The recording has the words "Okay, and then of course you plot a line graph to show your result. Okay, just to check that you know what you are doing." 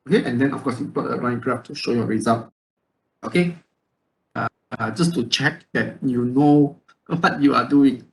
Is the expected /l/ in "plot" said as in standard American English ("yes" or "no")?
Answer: no